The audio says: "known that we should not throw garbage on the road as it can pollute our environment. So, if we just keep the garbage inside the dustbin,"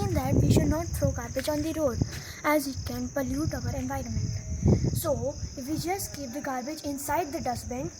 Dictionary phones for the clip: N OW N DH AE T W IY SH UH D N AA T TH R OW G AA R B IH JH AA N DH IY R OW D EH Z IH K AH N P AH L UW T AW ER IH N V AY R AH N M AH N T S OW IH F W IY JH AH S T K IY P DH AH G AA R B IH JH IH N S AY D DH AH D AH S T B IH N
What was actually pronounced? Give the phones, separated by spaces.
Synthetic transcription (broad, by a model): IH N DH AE T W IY SH UH D N AA T T R OW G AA R B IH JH AA N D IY R OW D EH Z IH K AH N P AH L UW T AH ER IH N V AY R AH N M AH N T S OW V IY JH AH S K IY P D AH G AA R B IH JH IH N S AY D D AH D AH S B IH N